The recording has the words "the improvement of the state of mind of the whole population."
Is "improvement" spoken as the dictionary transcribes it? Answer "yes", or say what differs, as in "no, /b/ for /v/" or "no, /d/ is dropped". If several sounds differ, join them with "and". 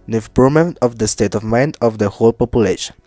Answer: no, /v/ is dropped